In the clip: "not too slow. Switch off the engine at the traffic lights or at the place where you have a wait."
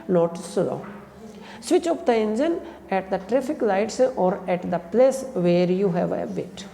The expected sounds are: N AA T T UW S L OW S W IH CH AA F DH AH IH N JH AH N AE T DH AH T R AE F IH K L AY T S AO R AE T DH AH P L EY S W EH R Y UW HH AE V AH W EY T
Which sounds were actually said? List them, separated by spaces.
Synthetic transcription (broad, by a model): N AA T S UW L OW S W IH CH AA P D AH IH N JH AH N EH T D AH T R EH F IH K L AY T S AO R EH T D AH P L EY S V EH R Y UW HH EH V AH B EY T